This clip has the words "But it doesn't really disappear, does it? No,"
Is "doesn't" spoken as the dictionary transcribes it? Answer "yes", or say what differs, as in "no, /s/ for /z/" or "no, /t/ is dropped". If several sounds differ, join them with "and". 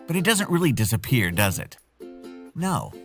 yes